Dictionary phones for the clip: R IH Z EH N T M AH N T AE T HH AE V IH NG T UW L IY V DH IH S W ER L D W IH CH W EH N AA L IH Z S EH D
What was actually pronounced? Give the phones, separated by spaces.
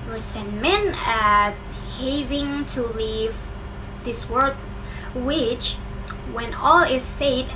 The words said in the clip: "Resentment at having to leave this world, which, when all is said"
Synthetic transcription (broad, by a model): R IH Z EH N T M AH N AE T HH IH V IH NG T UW L IY V DH IH S W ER D W IH CH W EH N AA L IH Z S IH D